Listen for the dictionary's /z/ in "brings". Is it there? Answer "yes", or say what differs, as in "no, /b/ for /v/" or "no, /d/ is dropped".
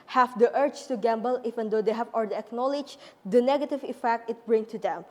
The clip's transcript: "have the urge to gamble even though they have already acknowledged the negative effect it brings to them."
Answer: no, /z/ is dropped